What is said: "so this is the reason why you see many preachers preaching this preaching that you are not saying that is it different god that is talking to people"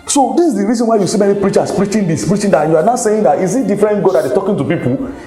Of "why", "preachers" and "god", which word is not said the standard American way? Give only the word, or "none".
preachers